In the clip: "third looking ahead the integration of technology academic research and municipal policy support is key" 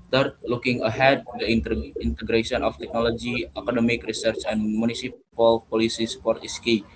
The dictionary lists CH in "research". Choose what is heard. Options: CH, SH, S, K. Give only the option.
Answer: CH